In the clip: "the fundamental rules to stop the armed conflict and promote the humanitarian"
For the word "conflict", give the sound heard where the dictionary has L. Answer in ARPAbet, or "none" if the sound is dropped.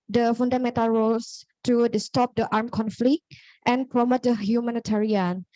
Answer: L